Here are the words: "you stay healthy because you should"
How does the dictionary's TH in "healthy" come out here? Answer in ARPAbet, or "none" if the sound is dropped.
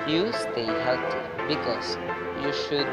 T